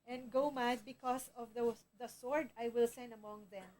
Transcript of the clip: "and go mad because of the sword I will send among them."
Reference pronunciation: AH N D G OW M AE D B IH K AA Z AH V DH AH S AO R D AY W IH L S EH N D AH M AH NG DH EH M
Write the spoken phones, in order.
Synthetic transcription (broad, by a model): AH N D G OW M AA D B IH K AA S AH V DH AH S AO R D AY W IH L S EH N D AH M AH NG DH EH M